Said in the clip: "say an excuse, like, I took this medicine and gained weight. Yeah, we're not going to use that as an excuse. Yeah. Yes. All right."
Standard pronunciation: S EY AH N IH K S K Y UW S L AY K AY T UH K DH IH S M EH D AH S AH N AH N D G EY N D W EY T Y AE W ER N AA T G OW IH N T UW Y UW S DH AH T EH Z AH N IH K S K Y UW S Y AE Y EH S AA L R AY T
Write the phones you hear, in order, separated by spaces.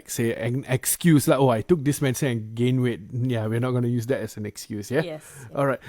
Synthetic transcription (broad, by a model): S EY AH N IH K S K Y UW S L AY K AY T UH K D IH S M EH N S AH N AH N G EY N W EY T Y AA W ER N AA T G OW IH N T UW Y UW S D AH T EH S AH N IH K S K Y UW S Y Y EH AA L R AY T